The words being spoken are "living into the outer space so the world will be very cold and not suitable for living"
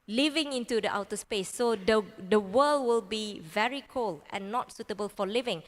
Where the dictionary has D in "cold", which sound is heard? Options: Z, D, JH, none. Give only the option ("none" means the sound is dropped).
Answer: none